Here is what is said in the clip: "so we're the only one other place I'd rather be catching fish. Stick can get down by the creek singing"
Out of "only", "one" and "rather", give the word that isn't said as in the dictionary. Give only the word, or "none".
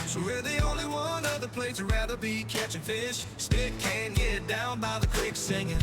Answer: none